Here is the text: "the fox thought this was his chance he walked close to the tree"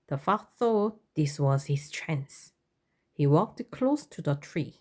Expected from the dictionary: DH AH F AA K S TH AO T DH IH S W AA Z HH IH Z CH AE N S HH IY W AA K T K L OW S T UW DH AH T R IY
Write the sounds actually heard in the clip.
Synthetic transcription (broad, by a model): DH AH F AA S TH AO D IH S W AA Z HH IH S CH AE N S HH IY W AA K T K L OW S T UW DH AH T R IY